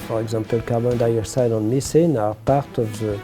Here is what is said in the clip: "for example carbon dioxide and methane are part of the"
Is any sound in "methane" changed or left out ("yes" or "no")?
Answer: yes